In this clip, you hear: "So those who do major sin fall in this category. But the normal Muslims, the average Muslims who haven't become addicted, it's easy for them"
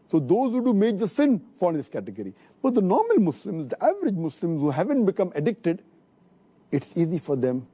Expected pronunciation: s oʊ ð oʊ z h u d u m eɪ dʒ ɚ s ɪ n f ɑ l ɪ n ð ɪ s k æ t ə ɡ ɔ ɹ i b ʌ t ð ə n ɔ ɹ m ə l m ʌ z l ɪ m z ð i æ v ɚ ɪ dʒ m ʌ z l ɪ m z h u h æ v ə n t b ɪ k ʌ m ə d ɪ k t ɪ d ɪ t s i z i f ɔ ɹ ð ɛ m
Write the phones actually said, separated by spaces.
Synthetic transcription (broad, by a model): s oʊ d oʊ z h u d u m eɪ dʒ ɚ s ɪ n f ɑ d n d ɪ s k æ t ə ɡ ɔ ɹ i b ʌ t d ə n ɔ ɹ m ə l m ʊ s l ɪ m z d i æ v ɚ ɪ dʒ m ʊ s l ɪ m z h u h æ v ə n t b ɪ k ʌ m ə d ɪ k t ɪ d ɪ t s i z i f ɔ ɹ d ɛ m